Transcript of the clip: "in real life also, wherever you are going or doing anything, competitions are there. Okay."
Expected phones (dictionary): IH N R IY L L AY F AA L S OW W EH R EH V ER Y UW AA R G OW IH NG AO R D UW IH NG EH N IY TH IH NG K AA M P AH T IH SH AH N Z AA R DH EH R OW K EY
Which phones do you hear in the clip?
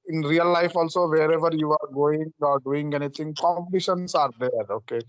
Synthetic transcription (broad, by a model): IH N R IY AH L AY F AA L S OW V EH R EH V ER Y UW AA R G OW IH NG AO R D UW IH NG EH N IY T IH NG K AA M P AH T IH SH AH N S AA R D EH R OW K EY